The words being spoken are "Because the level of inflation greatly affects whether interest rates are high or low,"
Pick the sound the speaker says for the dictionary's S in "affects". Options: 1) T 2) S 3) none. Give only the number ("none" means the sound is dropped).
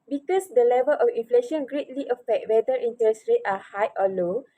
3